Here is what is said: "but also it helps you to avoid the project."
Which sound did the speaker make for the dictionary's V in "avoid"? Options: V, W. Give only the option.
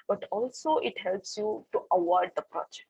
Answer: W